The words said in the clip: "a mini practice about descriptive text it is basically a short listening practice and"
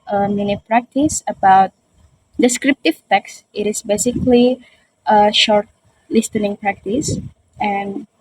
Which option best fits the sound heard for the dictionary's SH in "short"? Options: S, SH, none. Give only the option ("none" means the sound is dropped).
SH